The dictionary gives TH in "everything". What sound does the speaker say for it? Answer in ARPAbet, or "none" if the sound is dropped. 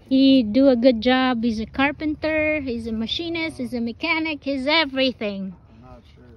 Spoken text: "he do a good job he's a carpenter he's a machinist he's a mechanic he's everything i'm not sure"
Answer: TH